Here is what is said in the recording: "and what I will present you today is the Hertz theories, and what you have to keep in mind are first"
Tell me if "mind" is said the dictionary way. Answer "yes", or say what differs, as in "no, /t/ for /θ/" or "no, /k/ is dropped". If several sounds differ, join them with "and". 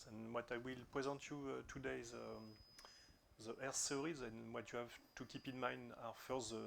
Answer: yes